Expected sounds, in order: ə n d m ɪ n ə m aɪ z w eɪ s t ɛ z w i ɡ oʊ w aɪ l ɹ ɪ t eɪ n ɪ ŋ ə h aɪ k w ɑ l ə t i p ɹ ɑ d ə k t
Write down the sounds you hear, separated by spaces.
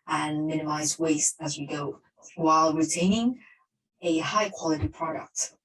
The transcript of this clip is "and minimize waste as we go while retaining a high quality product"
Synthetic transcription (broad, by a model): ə n m ɪ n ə m aɪ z w eɪ s t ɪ z w i ɡ oʊ w aɪ l ɹ ɪ t eɪ n ɪ ŋ ə h aɪ k w ɑ l ə t i p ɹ ɑ d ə k t